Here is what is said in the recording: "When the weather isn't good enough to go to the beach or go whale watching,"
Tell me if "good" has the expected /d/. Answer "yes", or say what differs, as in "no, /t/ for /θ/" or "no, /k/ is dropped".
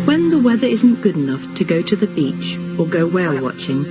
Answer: yes